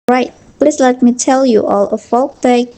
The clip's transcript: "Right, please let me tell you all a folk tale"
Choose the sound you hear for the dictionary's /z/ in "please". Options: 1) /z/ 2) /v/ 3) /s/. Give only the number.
3